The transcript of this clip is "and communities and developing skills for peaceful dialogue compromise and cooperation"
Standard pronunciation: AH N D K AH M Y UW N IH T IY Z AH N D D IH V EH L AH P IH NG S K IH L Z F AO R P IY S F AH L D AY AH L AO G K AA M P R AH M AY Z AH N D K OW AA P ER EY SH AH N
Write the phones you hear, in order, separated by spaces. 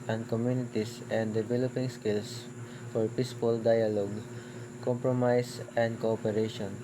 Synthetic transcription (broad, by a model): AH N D K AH M Y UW N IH T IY S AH N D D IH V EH L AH P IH NG S K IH L S F AO R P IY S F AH L D AY AH L AO G K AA M P R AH M AY S AH N D K OW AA P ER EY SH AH N